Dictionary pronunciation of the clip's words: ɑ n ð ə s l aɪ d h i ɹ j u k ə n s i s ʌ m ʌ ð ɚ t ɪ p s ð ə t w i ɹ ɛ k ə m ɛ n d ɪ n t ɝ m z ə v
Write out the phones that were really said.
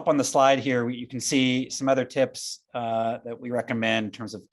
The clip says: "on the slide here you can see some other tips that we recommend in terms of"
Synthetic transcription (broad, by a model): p n ð ə s l aɪ d h i ɹ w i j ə n s i s ʌ m ʌ ð ɚ t ɪ p s ð ə t w i ɹ ɛ k ə m ɛ n d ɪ n t ɝ m z ə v